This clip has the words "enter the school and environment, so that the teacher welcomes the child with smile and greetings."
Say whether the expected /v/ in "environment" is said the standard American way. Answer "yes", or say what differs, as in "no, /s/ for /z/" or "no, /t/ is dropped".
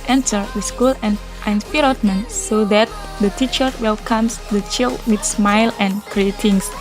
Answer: no, /p/ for /v/